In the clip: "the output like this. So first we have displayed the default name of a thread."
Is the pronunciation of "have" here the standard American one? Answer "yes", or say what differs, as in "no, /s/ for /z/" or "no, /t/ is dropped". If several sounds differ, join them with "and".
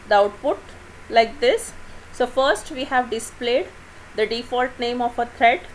yes